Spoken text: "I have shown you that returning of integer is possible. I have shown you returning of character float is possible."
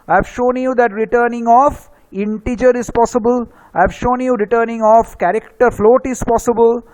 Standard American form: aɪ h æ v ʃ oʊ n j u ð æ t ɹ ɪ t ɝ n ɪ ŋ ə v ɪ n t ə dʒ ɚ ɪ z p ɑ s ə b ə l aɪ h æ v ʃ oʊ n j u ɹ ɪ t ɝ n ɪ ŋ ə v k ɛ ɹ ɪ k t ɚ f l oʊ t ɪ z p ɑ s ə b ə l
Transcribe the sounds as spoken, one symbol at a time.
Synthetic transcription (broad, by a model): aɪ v ʃ oʊ n j u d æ t ɹ ɪ t ɝ n ɪ ŋ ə f ɪ n t ə dʒ ɚ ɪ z p ɑ s ə b ə l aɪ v ʃ oʊ n j u ɹ ɪ t ɝ n ɪ ŋ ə f k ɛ ɹ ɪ k t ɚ f l oʊ t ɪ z p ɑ s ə b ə l